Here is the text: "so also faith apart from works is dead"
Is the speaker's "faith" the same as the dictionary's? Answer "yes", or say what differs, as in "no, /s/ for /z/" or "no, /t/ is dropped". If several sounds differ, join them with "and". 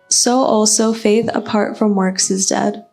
yes